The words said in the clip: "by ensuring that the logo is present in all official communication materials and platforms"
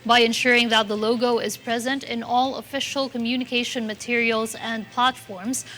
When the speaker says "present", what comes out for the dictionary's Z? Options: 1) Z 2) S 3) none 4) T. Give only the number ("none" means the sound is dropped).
1